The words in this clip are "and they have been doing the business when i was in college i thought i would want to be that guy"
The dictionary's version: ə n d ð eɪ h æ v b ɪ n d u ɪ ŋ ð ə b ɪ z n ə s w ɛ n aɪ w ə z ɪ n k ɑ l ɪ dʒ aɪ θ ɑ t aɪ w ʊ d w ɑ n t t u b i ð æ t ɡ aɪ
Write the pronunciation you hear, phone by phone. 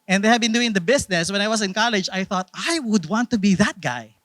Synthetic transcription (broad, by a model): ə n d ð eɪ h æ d b ɪ n d u ɪ ŋ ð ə b ɪ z n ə s w ɛ n aɪ w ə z ɪ n k ɑ l ɪ dʒ aɪ θ ɑ t aɪ w ʊ d w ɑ n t t u b i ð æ t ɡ aɪ